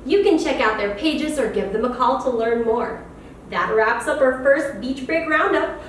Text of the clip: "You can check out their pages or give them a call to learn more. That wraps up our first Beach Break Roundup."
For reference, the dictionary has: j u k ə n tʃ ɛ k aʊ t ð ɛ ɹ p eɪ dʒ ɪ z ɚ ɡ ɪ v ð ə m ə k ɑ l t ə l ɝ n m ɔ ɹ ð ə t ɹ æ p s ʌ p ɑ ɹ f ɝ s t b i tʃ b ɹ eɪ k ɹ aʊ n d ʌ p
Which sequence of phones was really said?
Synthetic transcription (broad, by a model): j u k ə n tʃ ɛ k aʊ t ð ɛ ɹ p eɪ dʒ ɪ z ɚ ɡ ɪ v ð ə m ə k ɑ l t ə l ɝ n m ɔ ɹ ð ə t ɹ æ p s ʌ p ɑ ɹ f ɝ s t b i tʃ b ɹ eɪ k ɹ aʊ n d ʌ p